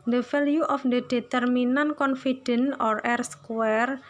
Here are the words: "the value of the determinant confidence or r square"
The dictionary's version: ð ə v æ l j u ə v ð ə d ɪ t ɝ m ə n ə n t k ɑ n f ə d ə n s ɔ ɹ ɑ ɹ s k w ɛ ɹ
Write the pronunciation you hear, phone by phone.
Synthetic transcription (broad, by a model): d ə f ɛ l j u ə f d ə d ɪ t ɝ m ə n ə n k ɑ n f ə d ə n ɔ ɹ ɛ ɹ s k w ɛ ɹ